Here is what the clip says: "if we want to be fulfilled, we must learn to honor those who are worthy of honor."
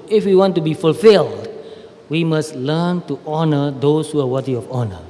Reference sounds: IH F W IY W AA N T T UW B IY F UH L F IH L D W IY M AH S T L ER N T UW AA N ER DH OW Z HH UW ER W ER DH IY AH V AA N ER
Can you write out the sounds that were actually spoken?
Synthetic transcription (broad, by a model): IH F W IY W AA N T T UW B IY F UH L F IH L D W IY M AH S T L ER N T UW AA N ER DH OW S HH UW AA W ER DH IY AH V AA N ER